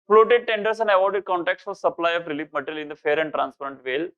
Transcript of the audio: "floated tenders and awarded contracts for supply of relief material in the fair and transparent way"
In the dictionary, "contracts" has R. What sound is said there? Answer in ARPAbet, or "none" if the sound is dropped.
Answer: none